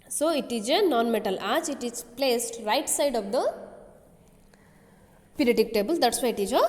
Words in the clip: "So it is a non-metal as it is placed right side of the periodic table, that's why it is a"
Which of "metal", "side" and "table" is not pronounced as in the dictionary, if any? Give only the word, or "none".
none